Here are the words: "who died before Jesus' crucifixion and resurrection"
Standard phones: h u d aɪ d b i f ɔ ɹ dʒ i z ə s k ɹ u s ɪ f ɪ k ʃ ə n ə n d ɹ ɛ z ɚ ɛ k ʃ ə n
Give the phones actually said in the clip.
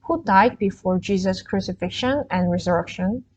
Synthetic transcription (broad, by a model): h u d aɪ d b i f ɔ ɹ dʒ i z ə s k ɹ u s ɪ f ɪ k ʃ ə n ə n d ɹ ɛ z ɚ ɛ k ʃ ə n